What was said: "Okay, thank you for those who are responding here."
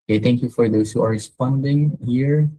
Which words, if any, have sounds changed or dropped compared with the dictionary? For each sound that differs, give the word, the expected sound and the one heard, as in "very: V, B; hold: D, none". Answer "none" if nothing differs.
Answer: thank: TH, T; those: Z, S